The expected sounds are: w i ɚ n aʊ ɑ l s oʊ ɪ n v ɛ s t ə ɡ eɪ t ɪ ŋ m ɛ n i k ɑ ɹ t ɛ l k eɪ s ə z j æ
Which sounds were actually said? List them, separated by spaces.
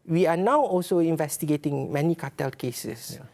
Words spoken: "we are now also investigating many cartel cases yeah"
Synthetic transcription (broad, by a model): w i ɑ n aʊ ɑ l s oʊ ɪ n v ɛ s t ə ɡ eɪ t ɪ ŋ m ɛ n i k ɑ t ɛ l k eɪ s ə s